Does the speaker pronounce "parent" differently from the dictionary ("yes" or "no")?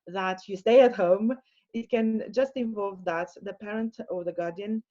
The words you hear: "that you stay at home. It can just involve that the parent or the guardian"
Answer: no